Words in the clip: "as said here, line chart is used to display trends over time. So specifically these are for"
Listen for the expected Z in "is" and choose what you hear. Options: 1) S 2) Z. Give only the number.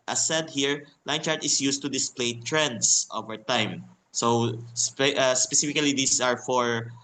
1